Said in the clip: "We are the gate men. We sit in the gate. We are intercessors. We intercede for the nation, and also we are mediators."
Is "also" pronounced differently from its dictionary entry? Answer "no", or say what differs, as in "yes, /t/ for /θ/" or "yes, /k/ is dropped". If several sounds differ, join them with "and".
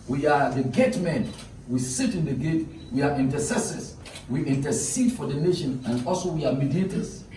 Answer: no